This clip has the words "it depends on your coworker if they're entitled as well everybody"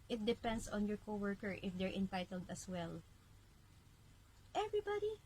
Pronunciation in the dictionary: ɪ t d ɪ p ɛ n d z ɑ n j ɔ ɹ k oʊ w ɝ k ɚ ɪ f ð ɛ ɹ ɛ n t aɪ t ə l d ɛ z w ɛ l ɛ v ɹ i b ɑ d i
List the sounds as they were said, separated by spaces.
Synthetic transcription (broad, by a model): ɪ t d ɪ p ɛ n d s ɑ n j ɔ ɹ k oʊ w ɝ k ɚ ɪ f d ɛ ɹ ɛ n t aɪ t ə l d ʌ s w ɛ l ɛ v ɹ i b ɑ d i